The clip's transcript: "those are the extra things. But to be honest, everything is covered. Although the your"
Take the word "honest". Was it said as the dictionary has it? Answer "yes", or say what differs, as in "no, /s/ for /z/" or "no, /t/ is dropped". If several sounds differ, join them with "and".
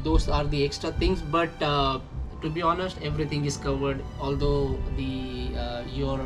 yes